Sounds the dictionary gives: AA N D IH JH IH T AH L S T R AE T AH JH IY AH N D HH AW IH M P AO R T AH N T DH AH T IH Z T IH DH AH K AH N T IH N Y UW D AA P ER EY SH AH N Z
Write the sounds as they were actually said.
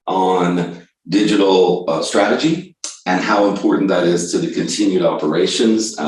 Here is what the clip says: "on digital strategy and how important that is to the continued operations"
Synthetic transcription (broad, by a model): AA N D IH JH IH T L S T R AE T AH JH IY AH N HH AW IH M P AO R T N DH AH T IH Z T IH DH AH K AH N T IH N Y UW D AA P ER EY SH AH N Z